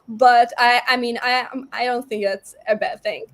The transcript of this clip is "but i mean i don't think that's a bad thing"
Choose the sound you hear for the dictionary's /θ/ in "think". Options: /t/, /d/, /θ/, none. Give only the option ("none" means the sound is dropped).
/θ/